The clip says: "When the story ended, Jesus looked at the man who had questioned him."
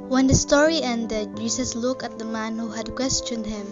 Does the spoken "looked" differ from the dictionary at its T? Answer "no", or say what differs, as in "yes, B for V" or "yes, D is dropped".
yes, T is dropped